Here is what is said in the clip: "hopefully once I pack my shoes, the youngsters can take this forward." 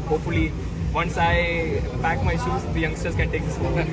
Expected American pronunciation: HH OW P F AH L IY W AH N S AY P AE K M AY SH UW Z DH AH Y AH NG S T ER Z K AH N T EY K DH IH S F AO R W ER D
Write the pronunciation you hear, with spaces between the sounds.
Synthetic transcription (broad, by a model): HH OW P F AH L IY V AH N S AY B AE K M AY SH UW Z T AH Y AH NG S T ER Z K AH N T EY K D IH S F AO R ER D